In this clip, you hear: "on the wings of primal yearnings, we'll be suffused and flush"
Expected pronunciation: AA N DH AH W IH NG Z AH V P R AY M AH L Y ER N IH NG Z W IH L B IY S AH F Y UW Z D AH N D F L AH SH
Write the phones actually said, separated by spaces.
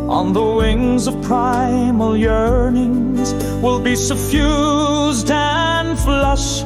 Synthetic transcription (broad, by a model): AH N DH AH W IH NG Z AH V P R AY M AH L Y ER N IH NG Z W IH L B IY S AH F Y UW Z D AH N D F L AH SH